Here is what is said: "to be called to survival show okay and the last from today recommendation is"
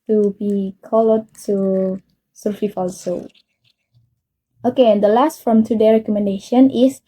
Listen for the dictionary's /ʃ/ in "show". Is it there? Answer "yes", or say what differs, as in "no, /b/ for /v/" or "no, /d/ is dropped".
no, /s/ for /ʃ/